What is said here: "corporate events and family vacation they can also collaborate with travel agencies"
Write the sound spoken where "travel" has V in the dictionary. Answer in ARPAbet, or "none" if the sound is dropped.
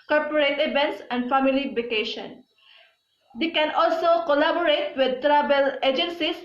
B